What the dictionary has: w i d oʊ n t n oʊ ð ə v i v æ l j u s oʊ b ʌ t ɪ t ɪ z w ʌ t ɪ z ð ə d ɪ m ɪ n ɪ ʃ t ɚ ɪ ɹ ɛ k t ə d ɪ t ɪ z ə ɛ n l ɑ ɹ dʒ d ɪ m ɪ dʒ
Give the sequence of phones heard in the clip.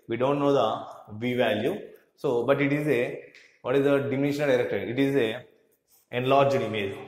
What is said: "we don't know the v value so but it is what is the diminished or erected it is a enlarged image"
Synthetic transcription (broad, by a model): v i d oʊ n t n oʊ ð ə v i v æ l j u s oʊ b ʌ t ɪ t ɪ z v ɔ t ɪ z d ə d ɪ m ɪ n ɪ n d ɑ ɪ ɹ ɛ k t ə d ɪ t ɪ z ə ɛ n l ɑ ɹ dʒ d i m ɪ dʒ